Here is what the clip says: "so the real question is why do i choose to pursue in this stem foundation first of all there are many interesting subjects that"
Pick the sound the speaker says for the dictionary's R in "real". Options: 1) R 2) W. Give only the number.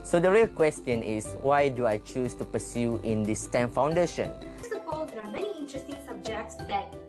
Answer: 1